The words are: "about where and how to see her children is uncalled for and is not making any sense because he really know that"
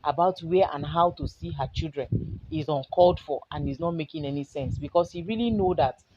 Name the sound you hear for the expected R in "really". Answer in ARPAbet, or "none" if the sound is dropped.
R